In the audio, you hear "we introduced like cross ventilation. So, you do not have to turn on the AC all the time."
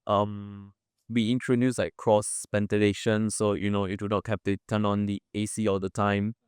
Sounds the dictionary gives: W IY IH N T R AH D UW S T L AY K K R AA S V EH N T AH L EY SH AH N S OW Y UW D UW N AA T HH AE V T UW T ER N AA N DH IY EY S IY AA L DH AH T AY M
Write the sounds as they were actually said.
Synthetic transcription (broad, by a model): W IY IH N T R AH D UW S L AY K K R AA S P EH N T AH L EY SH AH N S OW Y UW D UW N AA T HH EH P T UW T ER N AA N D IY EY S IY AA L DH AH T AY M